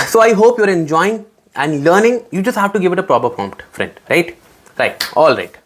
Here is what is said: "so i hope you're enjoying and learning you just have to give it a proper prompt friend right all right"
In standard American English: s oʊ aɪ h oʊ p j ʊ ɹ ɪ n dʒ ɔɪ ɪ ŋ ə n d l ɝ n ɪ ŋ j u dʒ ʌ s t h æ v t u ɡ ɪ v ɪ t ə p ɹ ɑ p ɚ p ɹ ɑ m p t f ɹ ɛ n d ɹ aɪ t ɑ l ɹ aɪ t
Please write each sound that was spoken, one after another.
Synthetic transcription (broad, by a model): s oʊ aɪ h oʊ p j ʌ ɹ ɪ n dʒ ɔɪ ɪ ŋ ə n d l ɝ n ɪ ŋ j u dʒ ʌ s t h æ v t u ɡ ɪ v ɪ t ə p ɹ ɑ p ɚ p ɑ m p t f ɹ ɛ n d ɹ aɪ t ɑ l ɹ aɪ t